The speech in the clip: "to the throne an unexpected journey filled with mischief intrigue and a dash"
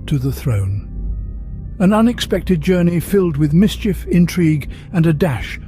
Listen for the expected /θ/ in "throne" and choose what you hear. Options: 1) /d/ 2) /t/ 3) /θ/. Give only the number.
3